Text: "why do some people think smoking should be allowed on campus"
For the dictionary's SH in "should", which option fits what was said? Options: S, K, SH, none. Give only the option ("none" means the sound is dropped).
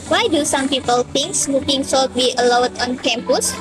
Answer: S